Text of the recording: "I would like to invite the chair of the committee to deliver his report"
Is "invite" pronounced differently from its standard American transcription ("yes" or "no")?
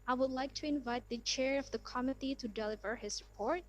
no